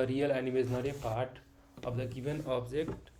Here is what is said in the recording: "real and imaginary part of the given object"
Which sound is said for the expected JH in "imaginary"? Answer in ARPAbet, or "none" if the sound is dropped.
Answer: none